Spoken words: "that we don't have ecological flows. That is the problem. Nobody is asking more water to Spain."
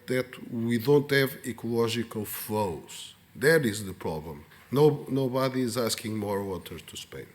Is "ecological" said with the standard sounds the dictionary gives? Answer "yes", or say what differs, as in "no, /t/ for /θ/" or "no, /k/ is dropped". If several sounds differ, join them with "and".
no, /ʒ/ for /dʒ/